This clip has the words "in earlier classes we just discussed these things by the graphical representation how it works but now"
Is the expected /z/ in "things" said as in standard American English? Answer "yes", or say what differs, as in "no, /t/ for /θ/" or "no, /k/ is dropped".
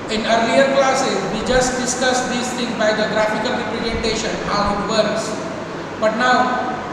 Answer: no, /z/ is dropped